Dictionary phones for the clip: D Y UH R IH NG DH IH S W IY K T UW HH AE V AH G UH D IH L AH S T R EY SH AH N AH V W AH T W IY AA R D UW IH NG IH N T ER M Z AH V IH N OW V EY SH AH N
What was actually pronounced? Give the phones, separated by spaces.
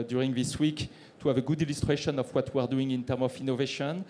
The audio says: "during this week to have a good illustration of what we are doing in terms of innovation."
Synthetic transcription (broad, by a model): D Y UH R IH NG DH IH S W IY K T UW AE V AH G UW D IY L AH S T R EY SH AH N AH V W AH T W IY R D UW IH NG IH N T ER M AH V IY N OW V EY SH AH N